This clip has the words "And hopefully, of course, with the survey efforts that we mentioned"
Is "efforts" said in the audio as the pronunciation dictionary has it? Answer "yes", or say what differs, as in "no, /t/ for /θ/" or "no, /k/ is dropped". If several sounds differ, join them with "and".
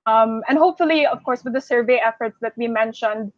yes